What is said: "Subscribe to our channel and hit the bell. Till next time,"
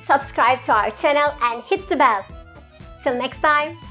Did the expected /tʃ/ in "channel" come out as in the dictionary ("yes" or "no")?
yes